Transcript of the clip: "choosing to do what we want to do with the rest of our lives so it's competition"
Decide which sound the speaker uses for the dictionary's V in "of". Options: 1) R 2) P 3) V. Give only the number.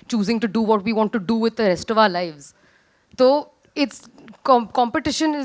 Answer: 3